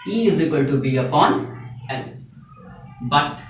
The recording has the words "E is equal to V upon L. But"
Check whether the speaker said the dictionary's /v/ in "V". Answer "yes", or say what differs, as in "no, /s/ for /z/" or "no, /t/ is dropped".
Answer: no, /b/ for /v/